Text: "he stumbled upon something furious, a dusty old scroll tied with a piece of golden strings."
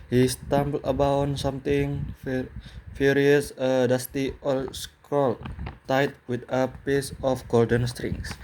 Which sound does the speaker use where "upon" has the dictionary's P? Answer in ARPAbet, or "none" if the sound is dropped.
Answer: B